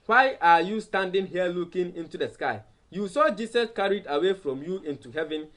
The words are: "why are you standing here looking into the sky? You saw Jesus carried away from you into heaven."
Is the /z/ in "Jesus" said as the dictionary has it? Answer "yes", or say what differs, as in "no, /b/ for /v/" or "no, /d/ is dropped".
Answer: no, /s/ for /z/